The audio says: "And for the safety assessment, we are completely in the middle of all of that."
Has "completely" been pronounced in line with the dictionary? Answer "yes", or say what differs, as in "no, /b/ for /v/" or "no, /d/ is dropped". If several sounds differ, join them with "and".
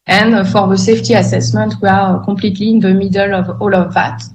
no, /m/ is dropped